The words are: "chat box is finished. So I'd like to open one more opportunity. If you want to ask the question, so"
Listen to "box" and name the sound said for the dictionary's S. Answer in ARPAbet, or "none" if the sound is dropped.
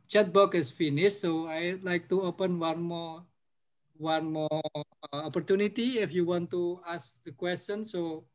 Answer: none